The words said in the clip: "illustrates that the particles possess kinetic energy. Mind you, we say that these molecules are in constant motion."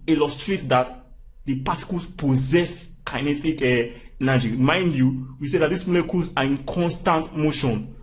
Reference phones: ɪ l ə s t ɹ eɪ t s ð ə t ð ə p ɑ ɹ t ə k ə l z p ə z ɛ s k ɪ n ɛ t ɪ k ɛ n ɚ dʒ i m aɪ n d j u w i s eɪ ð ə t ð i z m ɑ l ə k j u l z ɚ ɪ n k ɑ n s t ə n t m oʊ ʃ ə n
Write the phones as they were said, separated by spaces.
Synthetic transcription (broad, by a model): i l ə s t ɹ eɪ t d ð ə t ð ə p ɑ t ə k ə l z p ə z ɛ s k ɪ n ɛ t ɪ k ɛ n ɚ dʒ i m aɪ n d j u w i s eɪ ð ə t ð i s m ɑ l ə k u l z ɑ ɪ n k ɑ n s t ə n t m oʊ ʃ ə n